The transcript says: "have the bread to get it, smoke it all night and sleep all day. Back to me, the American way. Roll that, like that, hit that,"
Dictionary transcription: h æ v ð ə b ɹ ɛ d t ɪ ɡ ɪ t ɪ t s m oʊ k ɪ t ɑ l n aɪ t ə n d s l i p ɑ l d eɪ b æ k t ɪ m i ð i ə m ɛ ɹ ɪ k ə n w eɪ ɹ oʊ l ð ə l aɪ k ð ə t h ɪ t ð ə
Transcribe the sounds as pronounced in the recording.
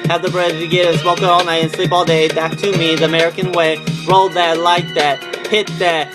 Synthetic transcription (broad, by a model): h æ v ð ə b ɹ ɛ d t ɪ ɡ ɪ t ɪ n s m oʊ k ɪ t ɑ l n aɪ t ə n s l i b ɑ l d eɪ b æ k t ɪ m i ð i ə m ɛ ɹ ɪ k ə n w eɪ ɹ oʊ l ð ə l aɪ k ð ə t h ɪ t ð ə